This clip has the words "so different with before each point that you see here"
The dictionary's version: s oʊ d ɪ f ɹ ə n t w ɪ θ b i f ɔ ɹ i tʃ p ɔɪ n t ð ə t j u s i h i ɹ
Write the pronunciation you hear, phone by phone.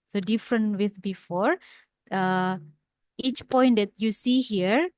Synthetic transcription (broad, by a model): s oʊ d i f ɹ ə n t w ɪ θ b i f ɔ ɹ i tʃ p ɔɪ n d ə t j u s i h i ɹ